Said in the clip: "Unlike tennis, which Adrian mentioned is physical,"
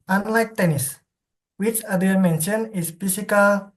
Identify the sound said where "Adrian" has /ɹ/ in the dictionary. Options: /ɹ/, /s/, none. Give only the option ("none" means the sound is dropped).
none